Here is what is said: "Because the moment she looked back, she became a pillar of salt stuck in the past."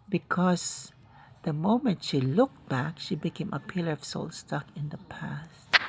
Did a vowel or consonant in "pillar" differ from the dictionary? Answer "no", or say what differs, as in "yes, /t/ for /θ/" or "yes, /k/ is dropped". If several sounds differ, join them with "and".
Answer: no